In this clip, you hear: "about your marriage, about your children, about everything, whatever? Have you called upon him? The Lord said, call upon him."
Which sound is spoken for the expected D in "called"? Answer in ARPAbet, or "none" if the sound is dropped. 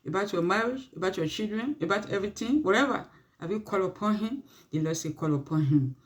none